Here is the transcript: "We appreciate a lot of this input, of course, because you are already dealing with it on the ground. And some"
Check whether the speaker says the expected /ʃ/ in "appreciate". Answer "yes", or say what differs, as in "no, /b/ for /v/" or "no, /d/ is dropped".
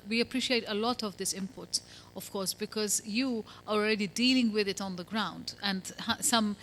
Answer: yes